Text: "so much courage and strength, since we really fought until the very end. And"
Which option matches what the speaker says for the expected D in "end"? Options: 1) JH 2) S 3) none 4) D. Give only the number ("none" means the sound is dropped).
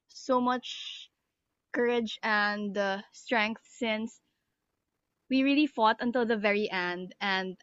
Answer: 4